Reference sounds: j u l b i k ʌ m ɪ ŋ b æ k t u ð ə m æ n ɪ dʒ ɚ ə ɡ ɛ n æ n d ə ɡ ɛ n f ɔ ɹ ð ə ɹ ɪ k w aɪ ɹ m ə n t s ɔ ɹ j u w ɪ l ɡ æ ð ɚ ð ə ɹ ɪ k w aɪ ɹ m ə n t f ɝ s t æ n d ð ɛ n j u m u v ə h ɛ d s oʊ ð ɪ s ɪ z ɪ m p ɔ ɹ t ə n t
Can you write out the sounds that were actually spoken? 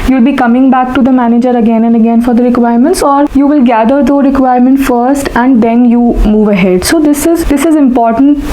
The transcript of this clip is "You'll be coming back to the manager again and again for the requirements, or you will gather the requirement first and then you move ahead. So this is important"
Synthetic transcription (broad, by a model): j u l b i k ʌ m ɪ ŋ b æ k t u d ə m æ n ɪ dʒ ɚ ə ɡ ɛ n æ n d ə ɡ ɛ n f ɔ ɹ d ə ɹ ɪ k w aɪ ɹ m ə n t s ɔ ɹ j u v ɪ l ɡ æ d ɚ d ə ɹ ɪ k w aɪ ɹ m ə n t f ɝ s t æ n d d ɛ n j u m u v ə h ɛ d s oʊ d ɪ s ɪ z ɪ m p ɔ ɹ t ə n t